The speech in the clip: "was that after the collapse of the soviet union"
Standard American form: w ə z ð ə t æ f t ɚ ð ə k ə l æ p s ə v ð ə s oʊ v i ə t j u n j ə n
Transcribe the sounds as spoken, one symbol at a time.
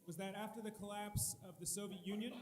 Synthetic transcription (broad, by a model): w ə z ð ə t æ f t ɚ ð ə k ə l æ p s ə v ð ə s oʊ v i ə t j u n j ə n